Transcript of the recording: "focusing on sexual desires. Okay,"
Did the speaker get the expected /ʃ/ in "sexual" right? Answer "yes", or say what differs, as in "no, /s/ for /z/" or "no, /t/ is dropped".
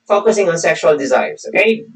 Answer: yes